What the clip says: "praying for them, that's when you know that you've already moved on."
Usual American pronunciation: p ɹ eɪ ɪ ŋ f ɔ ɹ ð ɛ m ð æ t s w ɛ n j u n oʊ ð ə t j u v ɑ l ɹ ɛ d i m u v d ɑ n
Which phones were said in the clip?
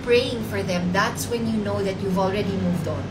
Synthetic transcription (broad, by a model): p ɹ eɪ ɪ ŋ f ɔ ɹ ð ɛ m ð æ t s w ɛ n j u n oʊ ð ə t j u v ɑ l ɹ ɛ d i m u v d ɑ n